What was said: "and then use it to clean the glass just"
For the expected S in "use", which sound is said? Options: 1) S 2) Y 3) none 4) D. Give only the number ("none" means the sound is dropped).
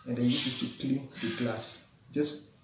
3